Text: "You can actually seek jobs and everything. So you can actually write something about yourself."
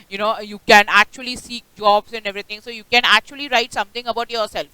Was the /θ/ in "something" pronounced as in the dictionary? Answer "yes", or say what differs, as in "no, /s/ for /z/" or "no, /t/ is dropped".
no, /t/ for /θ/